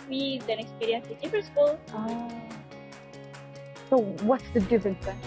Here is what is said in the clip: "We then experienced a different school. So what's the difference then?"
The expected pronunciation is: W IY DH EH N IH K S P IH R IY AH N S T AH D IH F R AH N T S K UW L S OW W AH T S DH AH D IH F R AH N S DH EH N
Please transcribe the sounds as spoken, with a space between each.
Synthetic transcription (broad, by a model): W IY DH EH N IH K S P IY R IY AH N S AH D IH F AH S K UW L S OW W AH T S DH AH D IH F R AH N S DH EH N